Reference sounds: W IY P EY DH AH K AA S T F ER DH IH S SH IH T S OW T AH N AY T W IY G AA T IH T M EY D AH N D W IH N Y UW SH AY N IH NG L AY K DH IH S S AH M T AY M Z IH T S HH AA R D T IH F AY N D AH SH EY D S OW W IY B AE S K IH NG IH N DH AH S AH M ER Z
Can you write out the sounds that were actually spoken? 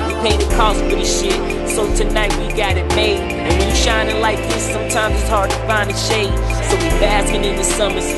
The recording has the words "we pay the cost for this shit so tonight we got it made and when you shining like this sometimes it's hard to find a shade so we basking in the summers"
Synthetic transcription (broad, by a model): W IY P EY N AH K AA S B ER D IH SH IH T S OW T AH N AY T W IY G AA T IH T M EY AH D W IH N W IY SH AY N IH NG L AY K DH IH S S AH M T AY M Z IH T S HH AA R D T IH F AY N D AH SH EY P S OW W IY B AE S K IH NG IH N DH AH S AH M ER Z